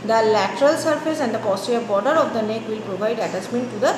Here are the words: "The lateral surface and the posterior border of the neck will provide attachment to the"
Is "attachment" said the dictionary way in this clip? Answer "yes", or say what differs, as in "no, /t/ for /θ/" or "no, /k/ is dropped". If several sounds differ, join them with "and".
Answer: no, /s/ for /tʃ/